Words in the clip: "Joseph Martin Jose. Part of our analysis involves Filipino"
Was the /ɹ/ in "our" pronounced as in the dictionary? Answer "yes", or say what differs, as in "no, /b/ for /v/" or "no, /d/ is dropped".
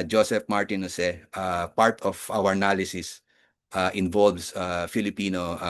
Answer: no, /w/ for /ɹ/